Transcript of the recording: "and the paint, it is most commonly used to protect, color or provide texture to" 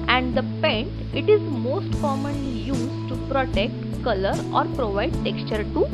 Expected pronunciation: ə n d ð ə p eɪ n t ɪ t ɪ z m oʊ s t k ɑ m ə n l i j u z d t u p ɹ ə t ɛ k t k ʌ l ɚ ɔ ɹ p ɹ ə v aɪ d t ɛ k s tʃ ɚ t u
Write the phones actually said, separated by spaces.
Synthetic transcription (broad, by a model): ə n d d ə p eɪ n ɪ t ɪ z m oʊ s t k ɑ m ə n l i j u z t u p ɹ ə t ɛ k t k ʌ l ɚ ɔ ɹ p ɹ ə v aɪ d t ɛ k s tʃ ɚ t u